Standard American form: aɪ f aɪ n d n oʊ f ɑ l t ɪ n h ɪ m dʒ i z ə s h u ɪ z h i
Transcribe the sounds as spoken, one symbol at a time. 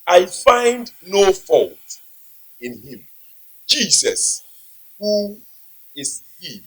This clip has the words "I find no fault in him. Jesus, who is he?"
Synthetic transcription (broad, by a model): aɪ f aɪ n d n oʊ f ɑ l t ɪ n h ɪ m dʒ i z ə s h u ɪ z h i